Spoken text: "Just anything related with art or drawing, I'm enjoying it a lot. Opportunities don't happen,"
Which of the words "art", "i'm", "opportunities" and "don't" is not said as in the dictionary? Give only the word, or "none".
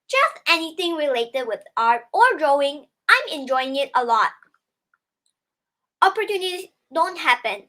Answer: opportunities